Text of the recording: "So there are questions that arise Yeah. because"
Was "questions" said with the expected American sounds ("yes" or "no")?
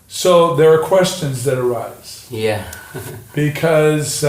yes